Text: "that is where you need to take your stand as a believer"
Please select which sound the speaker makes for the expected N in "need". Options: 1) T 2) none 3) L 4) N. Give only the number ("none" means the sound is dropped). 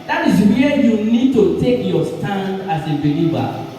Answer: 4